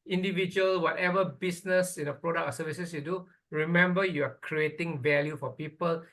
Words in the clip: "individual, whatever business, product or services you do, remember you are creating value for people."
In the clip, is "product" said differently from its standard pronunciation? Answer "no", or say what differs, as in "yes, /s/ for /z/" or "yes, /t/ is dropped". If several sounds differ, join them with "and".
yes, /t/ is dropped